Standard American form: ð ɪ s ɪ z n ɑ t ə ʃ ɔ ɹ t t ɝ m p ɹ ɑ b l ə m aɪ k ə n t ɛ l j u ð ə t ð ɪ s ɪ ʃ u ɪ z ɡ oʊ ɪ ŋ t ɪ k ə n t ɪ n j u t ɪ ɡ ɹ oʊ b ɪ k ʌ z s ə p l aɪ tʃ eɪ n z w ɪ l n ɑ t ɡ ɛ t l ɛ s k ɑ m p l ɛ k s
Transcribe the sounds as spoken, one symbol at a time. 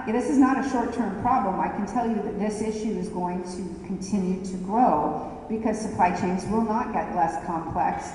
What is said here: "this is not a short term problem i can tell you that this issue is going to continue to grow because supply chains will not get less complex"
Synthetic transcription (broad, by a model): ð ɪ s ɪ z n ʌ t ə ʃ ɔ ɹ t t ɝ m p ɹ ɑ b l ə m aɪ k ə n t ɛ l j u ð ə t ð ɪ s ɪ ʃ u ɪ z ɡ oʊ ɪ ŋ t ɪ k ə n t ɪ n j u t ɪ ɡ ɹ oʊ b ɪ k ʌ z s ə p l aɪ tʃ eɪ n z w ɪ l n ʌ t ɡ ɛ t l ɛ s k ɑ m p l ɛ k s